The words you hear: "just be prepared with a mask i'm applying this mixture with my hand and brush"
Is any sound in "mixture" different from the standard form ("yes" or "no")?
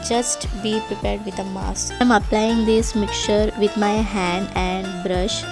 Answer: yes